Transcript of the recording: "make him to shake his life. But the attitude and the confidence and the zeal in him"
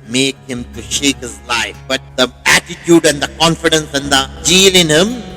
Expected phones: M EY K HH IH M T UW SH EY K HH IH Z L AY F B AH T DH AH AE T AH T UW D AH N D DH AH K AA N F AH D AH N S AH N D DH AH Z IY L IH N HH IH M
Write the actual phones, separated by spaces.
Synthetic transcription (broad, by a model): M EY K HH IH M T UW SH EY K HH IH Z L AY F B AH T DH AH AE T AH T UW D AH N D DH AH K AA N F AH D AH N S AH N D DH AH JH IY L IH N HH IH M